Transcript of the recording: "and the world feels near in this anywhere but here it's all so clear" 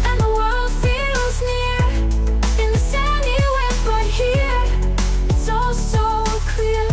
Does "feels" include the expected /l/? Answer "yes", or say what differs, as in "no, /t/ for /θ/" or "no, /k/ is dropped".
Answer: yes